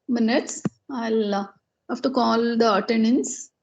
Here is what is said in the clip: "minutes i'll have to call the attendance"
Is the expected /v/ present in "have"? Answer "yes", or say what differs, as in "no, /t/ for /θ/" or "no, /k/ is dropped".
no, /f/ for /v/